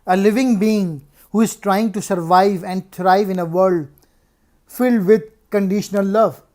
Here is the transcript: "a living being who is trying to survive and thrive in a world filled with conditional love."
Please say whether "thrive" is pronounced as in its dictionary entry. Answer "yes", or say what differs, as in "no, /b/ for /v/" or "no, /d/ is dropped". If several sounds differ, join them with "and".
no, /t/ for /θ/